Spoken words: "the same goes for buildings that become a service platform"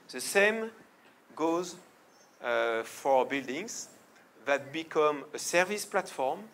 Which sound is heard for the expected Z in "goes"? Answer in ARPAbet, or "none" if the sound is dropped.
Z